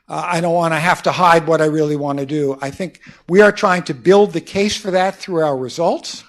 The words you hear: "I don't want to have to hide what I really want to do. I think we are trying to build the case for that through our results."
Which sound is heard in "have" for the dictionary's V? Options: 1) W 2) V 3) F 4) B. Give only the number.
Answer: 3